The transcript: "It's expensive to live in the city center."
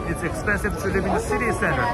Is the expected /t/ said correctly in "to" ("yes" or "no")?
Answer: yes